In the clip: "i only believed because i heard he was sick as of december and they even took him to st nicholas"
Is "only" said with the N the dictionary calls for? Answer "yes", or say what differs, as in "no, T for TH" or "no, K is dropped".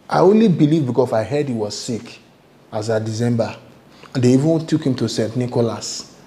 yes